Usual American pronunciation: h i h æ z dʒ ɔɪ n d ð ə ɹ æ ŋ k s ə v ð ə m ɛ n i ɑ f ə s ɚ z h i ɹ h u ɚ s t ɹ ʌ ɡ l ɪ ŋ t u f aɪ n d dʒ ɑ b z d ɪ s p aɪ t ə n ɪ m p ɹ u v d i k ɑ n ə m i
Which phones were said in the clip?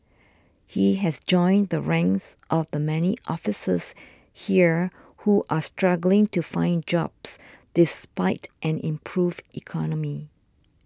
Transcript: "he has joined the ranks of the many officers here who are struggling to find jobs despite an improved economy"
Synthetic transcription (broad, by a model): h i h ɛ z dʒ ɔɪ n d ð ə ɹ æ ŋ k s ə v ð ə m ɛ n i ɑ f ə s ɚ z h i ɹ h u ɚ s t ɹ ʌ ɡ l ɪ ŋ t u f aɪ n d dʒ ɑ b s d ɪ s p aɪ t ə n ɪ m p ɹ u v i k ɑ n ə m i